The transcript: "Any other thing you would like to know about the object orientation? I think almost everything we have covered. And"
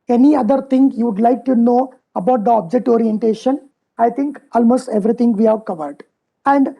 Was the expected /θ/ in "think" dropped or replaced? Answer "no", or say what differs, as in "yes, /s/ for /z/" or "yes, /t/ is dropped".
yes, /t/ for /θ/